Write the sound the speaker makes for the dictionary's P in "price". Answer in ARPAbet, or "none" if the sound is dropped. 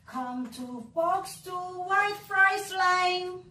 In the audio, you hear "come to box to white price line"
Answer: F